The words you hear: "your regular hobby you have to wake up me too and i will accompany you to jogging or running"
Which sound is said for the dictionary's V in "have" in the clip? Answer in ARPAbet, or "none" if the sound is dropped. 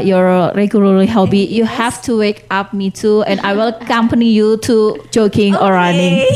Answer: F